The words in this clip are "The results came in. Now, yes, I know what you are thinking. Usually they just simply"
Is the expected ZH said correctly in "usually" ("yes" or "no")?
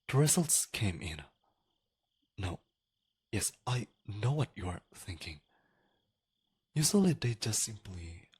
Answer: no